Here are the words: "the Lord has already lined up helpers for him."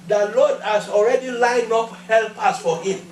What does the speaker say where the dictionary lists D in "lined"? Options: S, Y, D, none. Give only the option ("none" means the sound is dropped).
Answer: none